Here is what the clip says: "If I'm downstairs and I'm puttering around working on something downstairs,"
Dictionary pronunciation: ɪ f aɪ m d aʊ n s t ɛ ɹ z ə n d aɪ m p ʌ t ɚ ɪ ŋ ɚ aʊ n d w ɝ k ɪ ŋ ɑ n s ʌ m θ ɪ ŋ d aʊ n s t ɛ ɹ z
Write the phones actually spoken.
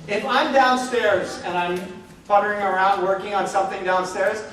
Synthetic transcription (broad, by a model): ɪ f aɪ m d aʊ n s t ɛ ɹ z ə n aɪ m f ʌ t ɚ ɪ ŋ ɚ aʊ n d w ɝ k ɪ ŋ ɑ n s ʌ m θ ɪ ŋ d aʊ n s t ɛ ɹ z